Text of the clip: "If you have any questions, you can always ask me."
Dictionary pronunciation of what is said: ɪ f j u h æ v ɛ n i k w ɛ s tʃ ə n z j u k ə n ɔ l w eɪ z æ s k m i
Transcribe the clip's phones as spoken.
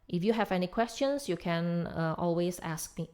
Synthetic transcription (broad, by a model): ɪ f j u h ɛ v ɛ n i k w ɛ s tʃ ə n s j u k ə n ɔ l w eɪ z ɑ s k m i